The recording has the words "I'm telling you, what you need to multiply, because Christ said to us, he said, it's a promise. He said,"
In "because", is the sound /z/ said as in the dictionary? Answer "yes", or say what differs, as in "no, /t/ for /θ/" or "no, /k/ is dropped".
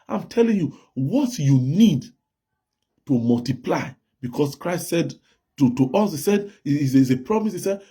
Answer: no, /s/ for /z/